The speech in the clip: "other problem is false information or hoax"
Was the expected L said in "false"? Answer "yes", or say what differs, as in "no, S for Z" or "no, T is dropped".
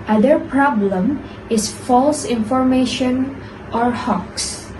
yes